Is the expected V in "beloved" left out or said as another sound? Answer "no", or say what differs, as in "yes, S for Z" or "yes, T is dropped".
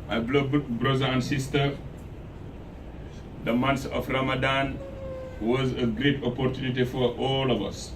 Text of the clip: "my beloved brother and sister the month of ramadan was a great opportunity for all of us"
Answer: yes, B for V